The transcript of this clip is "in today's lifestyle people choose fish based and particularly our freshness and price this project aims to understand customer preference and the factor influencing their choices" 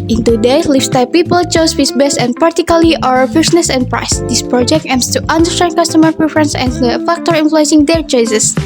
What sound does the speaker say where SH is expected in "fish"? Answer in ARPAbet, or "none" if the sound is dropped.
S